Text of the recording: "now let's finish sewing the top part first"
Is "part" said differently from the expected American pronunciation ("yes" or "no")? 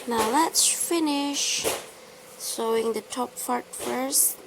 yes